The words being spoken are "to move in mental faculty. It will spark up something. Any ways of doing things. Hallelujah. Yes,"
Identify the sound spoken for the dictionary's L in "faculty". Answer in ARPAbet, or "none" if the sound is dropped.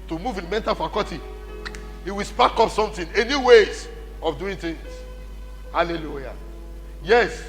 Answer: none